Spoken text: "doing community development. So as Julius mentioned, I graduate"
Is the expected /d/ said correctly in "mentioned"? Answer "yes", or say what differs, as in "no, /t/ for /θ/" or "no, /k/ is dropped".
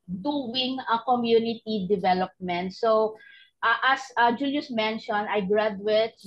no, /d/ is dropped